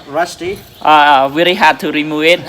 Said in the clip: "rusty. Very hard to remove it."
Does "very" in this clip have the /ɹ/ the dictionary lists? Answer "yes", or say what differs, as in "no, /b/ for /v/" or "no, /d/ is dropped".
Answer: no, /l/ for /ɹ/